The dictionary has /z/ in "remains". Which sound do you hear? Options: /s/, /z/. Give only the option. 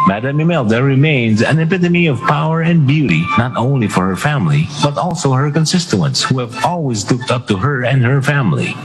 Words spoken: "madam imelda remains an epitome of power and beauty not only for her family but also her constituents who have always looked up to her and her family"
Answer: /z/